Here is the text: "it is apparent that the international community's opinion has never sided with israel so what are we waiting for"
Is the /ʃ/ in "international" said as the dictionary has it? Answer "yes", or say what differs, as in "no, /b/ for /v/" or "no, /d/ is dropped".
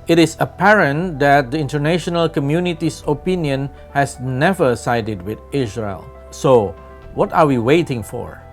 yes